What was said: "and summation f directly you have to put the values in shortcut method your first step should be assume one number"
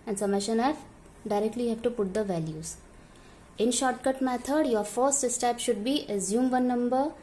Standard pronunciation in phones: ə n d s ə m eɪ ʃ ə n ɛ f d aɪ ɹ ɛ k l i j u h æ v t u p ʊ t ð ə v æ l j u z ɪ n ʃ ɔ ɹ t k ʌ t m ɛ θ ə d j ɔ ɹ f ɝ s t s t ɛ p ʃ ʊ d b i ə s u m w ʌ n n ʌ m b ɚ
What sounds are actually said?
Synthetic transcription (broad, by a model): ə n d s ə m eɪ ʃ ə n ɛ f d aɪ ɹ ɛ k l i h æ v t u p ʊ t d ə v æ l j u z ɪ n ʃ ɔ ɹ t k ʌ t m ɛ t ə d j ɔ ɹ f ɝ s t s t ɛ p ʃ ʊ d b i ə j u m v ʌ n n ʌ m b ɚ